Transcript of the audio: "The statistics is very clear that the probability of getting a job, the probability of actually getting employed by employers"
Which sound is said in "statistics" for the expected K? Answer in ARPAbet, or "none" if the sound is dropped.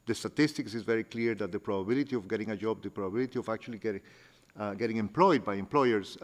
K